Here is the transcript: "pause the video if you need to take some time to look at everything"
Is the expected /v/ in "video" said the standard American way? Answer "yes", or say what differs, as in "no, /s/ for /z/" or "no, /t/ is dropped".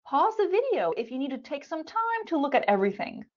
yes